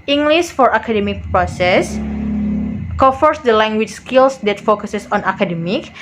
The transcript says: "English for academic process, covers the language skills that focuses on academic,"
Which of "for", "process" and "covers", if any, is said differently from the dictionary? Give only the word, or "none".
covers